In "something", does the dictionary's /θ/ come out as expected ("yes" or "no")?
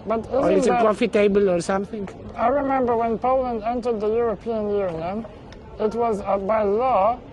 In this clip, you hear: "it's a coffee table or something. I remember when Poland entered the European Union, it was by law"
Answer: yes